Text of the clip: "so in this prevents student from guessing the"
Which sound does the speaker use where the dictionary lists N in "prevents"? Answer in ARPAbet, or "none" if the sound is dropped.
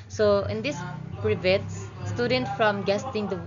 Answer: none